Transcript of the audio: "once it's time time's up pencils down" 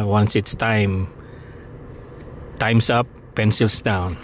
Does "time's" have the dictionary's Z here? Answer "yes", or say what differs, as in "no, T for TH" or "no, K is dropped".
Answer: no, S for Z